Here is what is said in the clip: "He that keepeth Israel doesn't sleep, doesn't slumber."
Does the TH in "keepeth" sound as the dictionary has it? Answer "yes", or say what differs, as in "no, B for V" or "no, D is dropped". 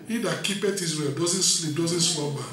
no, T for TH